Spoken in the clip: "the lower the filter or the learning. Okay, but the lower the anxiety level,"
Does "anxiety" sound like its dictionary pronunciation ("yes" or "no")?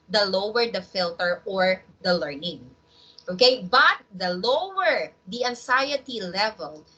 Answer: no